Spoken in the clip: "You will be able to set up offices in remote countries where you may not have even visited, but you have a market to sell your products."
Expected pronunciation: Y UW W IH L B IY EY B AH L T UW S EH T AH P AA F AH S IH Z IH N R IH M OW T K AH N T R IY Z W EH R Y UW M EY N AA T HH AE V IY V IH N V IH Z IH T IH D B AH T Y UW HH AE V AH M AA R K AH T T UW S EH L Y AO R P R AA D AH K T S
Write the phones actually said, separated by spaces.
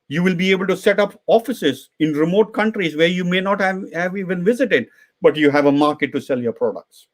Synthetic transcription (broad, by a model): Y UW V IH L B IY EY B AH L T UW S EH T AH P AA F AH S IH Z IH N R IH M OW T K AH N T R IY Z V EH R Y UW M EY N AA T HH AE V IY V IH N V IH Z IH T IH D B AH T Y UW HH AE V AH M AA R K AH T T UW S EH L Y AO R P R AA D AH K T S